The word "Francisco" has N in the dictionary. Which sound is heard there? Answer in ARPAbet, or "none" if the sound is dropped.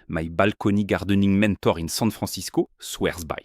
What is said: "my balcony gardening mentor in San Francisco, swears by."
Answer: none